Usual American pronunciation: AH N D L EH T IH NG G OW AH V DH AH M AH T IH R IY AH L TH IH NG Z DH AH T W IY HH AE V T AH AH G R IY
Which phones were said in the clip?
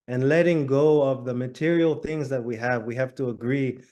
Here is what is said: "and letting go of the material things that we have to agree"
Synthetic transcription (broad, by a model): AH N L EH T IH NG G OW AH V DH AH M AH T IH R IY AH L TH IH NG Z DH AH T W IY HH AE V T AH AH G R IY